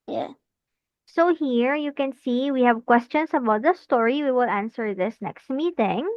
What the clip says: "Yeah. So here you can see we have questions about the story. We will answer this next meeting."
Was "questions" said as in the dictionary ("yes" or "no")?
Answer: no